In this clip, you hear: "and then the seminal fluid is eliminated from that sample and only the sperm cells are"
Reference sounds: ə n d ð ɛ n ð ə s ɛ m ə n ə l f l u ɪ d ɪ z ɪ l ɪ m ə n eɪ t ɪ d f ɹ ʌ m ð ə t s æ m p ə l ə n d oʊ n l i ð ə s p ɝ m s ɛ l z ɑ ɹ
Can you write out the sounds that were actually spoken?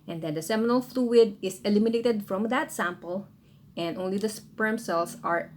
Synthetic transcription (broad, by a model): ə n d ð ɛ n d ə s ɛ m ə n ə l f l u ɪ d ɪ s ɪ l ɪ m ə n eɪ t ɪ d f ɹ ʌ m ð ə t s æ m p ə l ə n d oʊ n l i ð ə s p ɝ m s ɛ l s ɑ ɹ